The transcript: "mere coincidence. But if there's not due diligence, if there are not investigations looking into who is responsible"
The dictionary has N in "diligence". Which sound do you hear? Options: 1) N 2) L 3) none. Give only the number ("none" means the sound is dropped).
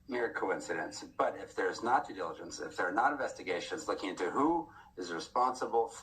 1